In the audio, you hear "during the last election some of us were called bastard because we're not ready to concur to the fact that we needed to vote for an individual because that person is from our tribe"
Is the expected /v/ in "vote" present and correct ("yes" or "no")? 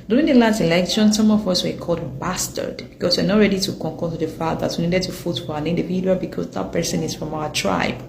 no